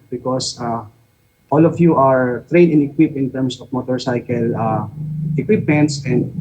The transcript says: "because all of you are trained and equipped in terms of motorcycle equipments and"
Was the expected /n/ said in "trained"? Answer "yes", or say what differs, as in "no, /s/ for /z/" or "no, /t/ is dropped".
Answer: no, /n/ is dropped